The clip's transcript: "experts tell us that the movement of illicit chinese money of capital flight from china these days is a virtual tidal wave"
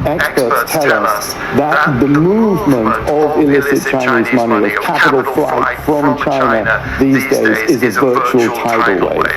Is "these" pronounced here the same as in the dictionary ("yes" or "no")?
yes